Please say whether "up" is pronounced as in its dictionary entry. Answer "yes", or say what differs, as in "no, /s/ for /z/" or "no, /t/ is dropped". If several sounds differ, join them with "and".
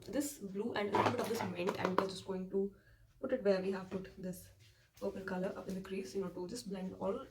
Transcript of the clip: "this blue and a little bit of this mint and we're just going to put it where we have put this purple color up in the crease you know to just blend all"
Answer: yes